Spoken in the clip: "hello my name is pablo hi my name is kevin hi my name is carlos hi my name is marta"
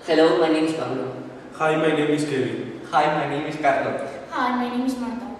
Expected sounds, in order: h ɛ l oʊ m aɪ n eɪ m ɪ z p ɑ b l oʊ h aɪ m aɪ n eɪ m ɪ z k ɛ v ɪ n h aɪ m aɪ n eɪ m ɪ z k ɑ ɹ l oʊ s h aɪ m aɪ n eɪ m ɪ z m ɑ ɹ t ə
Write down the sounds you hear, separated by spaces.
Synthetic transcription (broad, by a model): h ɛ l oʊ m aɪ n eɪ m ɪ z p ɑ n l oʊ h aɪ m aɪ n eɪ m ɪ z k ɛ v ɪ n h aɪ m aɪ n eɪ m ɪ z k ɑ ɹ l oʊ h aɪ m aɪ n eɪ m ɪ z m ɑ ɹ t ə